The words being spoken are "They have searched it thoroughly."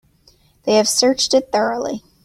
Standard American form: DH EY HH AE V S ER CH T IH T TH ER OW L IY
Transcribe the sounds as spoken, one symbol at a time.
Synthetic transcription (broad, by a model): DH EY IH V S ER CH T IH T TH ER OW L IY